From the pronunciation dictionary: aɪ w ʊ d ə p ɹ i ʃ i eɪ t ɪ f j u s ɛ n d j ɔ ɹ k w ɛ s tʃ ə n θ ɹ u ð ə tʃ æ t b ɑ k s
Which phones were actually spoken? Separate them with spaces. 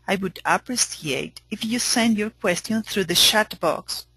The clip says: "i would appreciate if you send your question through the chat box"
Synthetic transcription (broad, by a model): aɪ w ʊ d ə p ɹ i s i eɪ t ɪ f j u s ɛ n d j ɔ ɹ k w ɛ s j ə n θ ɹ u ð ə ʃ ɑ t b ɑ k s